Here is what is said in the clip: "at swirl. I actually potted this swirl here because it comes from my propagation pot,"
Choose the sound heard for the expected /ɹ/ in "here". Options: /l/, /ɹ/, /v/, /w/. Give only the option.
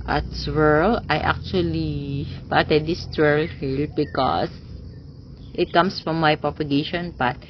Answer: /l/